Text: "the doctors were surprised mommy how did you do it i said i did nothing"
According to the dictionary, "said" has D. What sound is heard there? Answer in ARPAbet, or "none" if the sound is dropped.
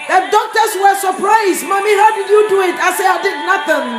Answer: none